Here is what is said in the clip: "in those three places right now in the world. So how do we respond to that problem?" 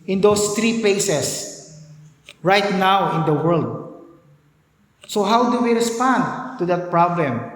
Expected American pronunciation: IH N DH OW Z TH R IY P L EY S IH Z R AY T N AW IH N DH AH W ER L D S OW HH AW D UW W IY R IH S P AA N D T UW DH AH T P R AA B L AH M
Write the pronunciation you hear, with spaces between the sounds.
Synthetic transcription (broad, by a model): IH N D OW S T R IY P L EY S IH S R AY T N AW IH N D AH W ER L D S OW HH AW D UW W IY R IH S P AA N D T UW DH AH T P R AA B L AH M